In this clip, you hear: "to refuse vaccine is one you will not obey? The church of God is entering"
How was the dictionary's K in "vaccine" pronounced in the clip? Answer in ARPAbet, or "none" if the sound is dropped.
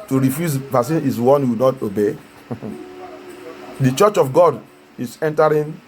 none